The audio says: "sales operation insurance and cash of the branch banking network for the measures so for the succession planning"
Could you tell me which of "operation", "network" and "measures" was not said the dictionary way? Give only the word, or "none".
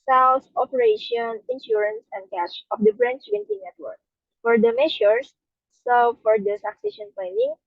measures